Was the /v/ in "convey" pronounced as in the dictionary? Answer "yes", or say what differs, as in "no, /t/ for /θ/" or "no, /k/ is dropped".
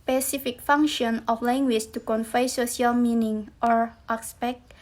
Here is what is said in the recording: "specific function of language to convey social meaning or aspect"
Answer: no, /f/ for /v/